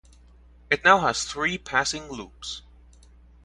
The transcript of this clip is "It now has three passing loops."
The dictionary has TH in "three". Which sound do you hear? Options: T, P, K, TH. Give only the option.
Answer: TH